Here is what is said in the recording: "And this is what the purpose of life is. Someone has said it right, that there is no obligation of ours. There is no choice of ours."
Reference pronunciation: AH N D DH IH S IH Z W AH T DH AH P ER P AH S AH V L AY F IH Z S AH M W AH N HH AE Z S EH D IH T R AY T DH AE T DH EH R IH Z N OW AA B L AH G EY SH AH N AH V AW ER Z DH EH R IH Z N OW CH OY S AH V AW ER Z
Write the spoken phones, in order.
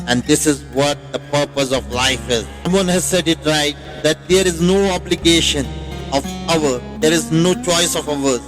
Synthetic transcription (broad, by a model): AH N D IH S IH Z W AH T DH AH P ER P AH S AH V L AY F IH Z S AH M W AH N HH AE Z S EH D IH T R AY T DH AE T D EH R IH Z N OW AA B L AH G EY SH AH N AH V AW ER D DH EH R IH Z N OW CH OY S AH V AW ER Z